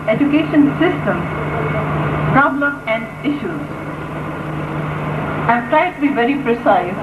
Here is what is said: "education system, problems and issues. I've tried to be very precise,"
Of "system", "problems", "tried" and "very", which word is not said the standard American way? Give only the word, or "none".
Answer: problems